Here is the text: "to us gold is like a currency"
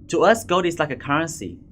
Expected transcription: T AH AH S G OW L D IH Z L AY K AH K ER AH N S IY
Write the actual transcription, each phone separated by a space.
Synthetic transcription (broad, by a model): T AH AH S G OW D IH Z L AY K AH K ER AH N S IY